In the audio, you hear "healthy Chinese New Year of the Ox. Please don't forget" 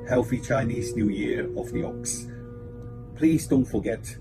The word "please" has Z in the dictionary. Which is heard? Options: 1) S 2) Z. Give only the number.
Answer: 2